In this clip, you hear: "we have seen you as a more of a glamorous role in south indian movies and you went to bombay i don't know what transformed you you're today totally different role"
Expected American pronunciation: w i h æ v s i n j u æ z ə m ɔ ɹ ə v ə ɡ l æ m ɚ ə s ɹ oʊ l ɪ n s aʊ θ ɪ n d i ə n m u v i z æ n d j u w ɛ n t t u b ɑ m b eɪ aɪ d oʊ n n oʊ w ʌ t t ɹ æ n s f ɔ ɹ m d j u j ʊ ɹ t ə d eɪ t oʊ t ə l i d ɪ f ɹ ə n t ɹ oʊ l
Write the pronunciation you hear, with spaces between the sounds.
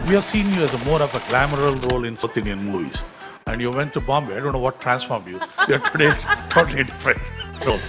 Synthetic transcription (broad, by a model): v i h æ v s i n j u æ z ə m ɔ ɹ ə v ə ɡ l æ m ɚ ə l ɹ oʊ l ɪ n s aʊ t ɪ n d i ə n m u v i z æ n d j u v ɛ n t t u b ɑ m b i aɪ d oʊ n n oʊ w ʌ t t ɹ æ n s f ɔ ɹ m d j u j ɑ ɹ t ə d eɪ t oʊ t ə l i d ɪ f ɹ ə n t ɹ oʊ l